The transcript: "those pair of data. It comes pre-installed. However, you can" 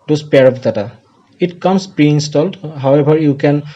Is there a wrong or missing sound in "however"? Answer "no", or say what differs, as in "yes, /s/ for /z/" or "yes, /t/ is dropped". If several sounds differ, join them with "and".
yes, /b/ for /v/